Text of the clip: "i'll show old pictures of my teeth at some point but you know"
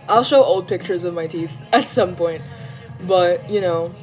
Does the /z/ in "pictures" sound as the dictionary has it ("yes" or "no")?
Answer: yes